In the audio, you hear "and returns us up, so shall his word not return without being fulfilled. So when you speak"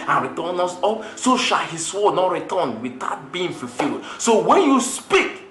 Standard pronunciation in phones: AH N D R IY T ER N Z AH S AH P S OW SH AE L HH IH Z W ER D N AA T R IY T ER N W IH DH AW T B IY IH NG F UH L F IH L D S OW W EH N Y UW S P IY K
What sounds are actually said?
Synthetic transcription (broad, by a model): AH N R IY T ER N AO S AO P S OW SH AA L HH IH S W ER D N AA T R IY T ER N W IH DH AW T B IY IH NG F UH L F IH L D S OW W EH N Y UW S P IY K